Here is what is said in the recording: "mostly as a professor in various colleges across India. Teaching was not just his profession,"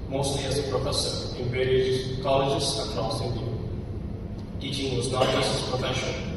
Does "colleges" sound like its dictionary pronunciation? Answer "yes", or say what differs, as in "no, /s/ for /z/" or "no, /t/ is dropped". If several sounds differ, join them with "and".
no, /s/ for /z/